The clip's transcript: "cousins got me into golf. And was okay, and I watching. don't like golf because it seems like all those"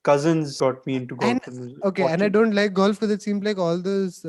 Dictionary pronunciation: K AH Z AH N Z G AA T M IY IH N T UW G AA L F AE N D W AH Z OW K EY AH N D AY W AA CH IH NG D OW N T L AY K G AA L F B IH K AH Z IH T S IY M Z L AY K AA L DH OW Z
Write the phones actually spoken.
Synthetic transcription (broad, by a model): K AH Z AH N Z G AA T M IY IH N T UW G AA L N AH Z OW K EY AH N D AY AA IH D OW N T L AY K G AA L F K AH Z IH T S IY M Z L AY K AA L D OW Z